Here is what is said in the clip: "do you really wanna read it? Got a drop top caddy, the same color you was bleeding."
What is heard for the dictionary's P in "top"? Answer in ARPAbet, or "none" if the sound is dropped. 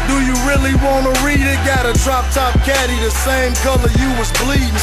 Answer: P